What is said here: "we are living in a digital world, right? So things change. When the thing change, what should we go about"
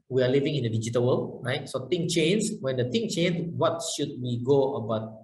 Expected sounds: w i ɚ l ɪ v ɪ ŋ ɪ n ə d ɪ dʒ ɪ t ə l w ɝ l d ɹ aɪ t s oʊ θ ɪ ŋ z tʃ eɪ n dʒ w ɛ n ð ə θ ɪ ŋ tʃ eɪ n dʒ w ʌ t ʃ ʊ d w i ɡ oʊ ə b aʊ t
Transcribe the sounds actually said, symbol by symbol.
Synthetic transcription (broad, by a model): w i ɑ l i v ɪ ŋ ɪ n ə d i dʒ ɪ t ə l w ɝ l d ɹ aɪ t s oʊ t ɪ ŋ tʃ eɪ n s w ɛ n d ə t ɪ ŋ tʃ eɪ n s w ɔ t ʃ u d w i ɡ oʊ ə b aʊ t